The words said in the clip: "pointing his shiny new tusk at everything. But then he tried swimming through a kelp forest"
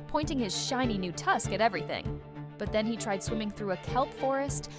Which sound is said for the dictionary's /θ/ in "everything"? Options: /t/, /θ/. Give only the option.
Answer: /θ/